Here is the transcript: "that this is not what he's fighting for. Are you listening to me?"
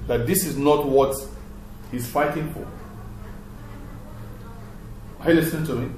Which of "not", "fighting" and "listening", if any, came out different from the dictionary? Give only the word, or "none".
listening